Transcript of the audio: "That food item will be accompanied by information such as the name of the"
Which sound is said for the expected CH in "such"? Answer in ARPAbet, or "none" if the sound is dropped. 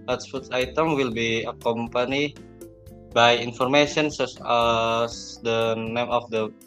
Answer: S